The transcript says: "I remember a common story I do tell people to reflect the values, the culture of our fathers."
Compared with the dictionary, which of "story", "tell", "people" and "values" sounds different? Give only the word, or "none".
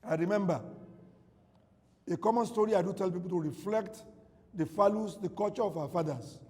values